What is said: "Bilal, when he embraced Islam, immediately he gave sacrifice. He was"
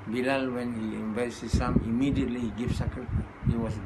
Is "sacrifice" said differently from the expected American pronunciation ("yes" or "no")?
yes